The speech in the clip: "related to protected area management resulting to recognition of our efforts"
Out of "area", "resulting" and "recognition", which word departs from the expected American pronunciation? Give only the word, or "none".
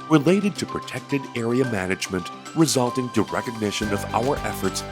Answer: none